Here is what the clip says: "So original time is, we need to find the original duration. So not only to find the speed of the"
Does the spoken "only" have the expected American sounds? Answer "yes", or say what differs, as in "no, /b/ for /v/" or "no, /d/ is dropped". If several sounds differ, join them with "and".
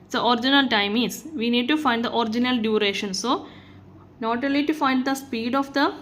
no, /n/ is dropped